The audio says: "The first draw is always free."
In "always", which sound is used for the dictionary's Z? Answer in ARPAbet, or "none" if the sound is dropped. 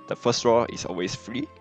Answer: S